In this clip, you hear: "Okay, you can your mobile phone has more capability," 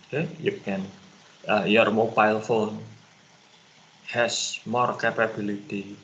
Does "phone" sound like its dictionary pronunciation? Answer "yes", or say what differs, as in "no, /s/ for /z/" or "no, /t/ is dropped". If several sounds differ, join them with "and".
yes